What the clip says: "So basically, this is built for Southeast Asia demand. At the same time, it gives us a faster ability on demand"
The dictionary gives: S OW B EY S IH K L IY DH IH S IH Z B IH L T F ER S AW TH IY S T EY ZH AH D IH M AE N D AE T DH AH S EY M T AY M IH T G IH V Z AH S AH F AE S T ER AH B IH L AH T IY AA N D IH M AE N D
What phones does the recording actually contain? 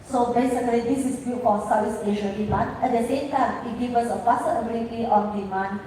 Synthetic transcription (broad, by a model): S OW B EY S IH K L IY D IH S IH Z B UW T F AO S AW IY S EY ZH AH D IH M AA N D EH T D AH S EY M T AY M IH T G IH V AH S AH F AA S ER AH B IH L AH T IY AA N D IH M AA N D